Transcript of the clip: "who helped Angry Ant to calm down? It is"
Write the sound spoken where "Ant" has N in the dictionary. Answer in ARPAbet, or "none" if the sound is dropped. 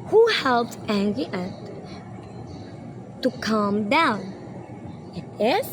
none